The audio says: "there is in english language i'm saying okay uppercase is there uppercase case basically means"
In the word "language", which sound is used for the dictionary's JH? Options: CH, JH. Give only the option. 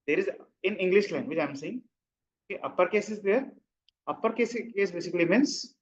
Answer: CH